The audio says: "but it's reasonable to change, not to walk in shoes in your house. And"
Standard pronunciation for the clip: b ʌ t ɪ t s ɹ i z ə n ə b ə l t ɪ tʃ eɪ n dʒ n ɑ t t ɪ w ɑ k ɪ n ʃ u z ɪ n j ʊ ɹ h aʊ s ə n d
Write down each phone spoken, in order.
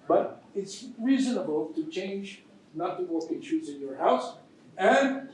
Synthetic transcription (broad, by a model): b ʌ t ɪ t s ɹ i z ə n ə b ə l t ɪ tʃ eɪ n dʒ n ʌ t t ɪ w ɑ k ɪ n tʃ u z ɪ n j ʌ ɹ h aʊ s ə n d